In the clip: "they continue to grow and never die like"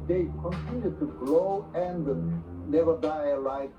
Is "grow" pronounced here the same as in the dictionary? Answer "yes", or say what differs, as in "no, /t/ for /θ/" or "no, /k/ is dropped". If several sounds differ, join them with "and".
no, /l/ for /ɹ/